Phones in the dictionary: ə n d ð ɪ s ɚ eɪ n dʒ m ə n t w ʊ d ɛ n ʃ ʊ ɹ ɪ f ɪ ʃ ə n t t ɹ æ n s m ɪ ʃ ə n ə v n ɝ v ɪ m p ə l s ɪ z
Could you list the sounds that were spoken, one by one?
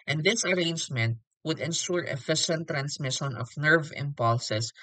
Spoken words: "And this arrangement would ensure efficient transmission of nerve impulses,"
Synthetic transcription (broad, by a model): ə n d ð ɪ s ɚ eɪ n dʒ m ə n t w ʊ d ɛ n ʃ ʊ ɹ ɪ f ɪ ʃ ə n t t ɹ æ n s m ɪ ʃ ə n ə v n ɝ v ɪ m p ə l s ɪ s